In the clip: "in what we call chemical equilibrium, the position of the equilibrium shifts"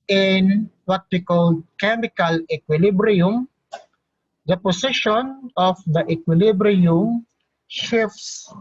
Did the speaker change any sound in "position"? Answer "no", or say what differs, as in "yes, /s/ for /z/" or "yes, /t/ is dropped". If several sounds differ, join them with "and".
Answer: yes, /s/ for /z/